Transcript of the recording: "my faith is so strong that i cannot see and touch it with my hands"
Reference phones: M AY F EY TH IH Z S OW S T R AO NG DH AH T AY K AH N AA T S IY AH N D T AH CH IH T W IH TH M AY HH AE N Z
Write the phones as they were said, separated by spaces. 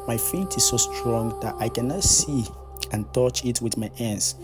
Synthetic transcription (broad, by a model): M AY F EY T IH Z S OW S T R AO NG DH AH T AY K AH N AA T S IY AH N T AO CH IH T W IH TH M AY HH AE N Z